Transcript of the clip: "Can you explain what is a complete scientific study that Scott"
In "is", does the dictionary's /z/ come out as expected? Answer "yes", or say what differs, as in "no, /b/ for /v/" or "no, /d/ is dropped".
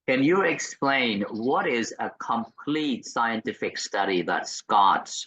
yes